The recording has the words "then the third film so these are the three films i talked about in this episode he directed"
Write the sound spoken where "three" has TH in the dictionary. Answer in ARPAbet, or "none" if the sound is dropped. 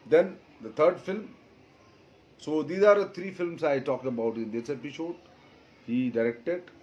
T